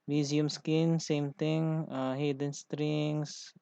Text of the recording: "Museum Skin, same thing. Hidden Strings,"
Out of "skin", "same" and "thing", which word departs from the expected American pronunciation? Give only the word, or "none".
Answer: thing